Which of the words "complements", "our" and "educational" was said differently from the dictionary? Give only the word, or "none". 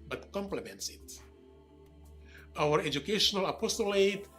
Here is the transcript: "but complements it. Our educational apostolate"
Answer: none